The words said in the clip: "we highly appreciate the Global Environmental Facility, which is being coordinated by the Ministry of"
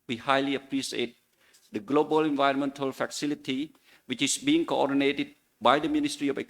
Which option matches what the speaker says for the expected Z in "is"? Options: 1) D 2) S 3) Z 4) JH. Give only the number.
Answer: 2